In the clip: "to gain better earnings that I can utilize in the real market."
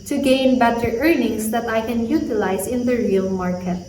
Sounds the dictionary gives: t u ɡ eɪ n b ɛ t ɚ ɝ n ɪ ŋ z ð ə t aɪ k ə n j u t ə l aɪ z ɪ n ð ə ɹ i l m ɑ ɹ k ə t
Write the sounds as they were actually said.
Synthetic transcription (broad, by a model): t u ɡ eɪ n b ɛ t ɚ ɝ n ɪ ŋ s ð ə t aɪ k ə n j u t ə l aɪ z ɪ n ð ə ɹ i l m ɑ ɹ k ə t